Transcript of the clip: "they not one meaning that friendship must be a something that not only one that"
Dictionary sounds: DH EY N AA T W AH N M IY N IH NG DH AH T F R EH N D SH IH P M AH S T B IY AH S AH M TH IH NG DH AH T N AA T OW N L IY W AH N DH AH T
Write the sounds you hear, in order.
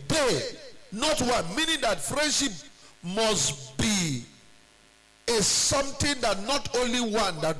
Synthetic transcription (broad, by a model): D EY N AA T W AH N M IY N IH NG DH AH T F R EH N D SH IH P M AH S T B IY AH S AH M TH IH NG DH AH T N AA T OW N L IY W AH N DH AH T